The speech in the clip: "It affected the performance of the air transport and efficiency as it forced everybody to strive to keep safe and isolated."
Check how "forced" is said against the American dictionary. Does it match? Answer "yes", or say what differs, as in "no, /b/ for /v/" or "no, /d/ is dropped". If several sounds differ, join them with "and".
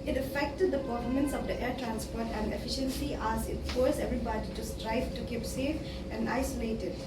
no, /t/ is dropped